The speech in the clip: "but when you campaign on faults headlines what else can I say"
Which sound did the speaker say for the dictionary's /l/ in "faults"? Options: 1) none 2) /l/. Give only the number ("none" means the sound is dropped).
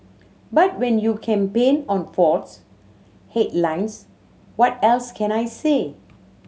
1